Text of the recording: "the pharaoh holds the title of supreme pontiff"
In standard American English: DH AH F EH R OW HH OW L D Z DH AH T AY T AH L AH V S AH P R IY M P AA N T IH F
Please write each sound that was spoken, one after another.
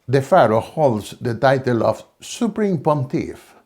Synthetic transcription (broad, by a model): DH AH F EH R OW HH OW L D S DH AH T AY T AH L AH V S AH P R IY M P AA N T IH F